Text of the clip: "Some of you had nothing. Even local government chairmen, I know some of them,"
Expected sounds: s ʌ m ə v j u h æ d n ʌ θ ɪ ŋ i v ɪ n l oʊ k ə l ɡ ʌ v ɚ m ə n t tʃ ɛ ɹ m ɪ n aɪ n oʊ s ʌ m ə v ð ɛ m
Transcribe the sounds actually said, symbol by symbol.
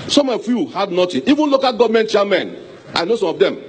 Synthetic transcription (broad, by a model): s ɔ m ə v j u h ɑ d n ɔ t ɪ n i v ɪ n l oʊ k ə l ɡ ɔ v m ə n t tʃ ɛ m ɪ n aɪ n oʊ s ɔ m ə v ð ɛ m